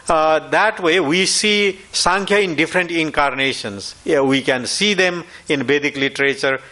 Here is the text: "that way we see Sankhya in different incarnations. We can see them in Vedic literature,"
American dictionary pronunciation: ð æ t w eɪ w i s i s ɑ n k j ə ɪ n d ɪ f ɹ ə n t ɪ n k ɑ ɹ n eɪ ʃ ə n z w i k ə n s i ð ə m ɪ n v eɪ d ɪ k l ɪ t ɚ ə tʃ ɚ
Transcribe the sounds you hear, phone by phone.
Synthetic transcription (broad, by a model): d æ t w eɪ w i s i s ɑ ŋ k j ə ɪ n d ɪ f ɹ ə n t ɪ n k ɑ ɹ n eɪ ʃ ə n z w i k ə n s i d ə m ɪ n b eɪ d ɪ k l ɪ t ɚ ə tʃ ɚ